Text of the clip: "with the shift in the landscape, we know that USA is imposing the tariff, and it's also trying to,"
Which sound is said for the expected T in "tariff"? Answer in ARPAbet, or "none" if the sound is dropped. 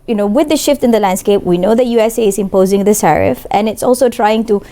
S